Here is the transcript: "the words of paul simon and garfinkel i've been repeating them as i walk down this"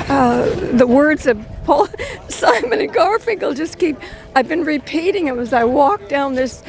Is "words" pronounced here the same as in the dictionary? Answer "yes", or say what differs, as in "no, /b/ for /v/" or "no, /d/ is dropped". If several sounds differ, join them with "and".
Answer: yes